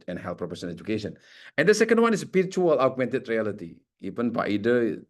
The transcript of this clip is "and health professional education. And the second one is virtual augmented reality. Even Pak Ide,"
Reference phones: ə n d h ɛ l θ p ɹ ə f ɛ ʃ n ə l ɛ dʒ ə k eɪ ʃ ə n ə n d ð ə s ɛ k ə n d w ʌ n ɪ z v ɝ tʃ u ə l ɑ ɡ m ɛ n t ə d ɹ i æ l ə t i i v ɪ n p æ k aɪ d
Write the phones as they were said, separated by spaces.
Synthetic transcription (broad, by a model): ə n h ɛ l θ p ɹ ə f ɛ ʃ ə n ɛ dʒ ə k eɪ ʃ ə n ə n d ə s ɛ k ə n d w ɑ n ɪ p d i tʃ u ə l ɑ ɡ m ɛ n t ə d ɹ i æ l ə t i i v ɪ n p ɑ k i d